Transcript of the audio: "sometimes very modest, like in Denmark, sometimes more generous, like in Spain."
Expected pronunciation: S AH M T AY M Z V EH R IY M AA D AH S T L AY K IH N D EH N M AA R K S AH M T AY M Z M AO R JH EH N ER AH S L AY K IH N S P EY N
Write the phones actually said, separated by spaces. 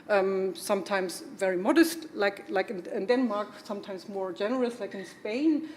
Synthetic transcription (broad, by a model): S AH M T AY M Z V EH R IY M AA D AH S T L AY K IH N D EH N M AA R K S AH M T AY M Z M AO R JH EH N ER AH S L AY K IH N S P EY N